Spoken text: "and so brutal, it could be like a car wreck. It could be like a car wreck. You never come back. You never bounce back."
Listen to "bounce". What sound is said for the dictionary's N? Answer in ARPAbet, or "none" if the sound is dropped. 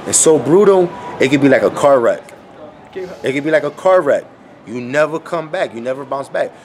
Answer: N